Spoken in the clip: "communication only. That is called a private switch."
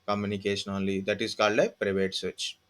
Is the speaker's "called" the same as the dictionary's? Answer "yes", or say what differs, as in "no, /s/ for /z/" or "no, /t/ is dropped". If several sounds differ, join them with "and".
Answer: yes